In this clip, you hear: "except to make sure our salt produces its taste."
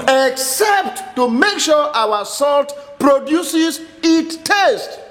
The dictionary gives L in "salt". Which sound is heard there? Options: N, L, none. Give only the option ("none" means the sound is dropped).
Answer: L